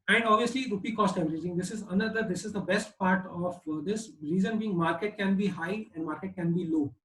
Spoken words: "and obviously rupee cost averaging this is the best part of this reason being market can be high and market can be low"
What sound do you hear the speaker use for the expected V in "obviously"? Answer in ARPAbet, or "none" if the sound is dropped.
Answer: V